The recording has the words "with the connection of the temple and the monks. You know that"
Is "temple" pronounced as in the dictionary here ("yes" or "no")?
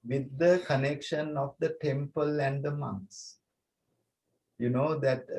yes